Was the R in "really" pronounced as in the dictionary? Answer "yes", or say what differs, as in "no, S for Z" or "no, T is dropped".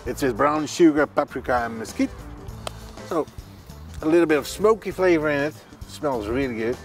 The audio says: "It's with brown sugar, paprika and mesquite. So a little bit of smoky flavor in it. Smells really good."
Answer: yes